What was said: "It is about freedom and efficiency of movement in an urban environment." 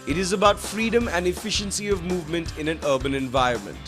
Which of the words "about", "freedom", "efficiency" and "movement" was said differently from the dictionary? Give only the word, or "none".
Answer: none